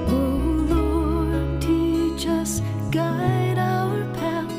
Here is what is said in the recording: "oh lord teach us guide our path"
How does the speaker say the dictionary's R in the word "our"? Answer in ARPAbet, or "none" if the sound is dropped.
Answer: W